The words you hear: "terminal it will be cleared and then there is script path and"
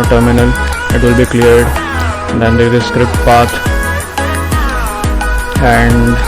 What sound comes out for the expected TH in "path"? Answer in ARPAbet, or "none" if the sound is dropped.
T